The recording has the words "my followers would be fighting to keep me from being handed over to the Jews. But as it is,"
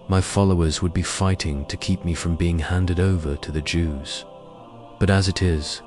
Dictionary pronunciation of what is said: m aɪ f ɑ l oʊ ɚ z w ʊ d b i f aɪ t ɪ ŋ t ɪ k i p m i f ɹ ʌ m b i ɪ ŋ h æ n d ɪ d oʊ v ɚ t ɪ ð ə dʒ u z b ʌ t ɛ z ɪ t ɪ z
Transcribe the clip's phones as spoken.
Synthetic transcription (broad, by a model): m aɪ f ɑ l oʊ ɚ z w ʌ d b i f aɪ t ɪ ŋ t ɪ k i p m i f ɹ ʌ m b i ɪ ŋ h æ n d ɪ d oʊ v ɚ t ɪ ð ə dʒ u z b ʌ t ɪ z ɪ t ɪ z